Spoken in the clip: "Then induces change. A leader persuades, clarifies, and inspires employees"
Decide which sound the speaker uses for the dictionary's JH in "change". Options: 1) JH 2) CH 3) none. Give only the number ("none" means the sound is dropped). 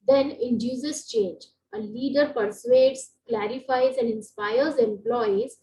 1